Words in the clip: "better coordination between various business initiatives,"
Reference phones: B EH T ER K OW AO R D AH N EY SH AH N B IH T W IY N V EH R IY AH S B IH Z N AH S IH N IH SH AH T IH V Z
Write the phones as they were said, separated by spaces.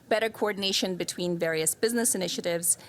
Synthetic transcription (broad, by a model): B EH T ER K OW AO R D N EY SH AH N B IH T W IY N V EH R IY AH S B IH Z N AH S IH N IH SH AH T IH V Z